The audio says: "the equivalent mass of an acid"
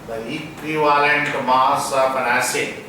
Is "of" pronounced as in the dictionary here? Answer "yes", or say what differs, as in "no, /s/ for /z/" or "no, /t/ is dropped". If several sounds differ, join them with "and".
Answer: no, /b/ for /v/